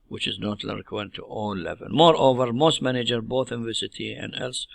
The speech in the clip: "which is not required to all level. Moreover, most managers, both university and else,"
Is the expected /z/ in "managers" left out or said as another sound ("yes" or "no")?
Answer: yes